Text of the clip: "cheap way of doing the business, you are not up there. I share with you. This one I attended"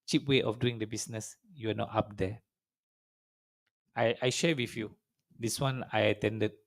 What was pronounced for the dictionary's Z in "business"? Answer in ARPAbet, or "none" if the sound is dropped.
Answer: S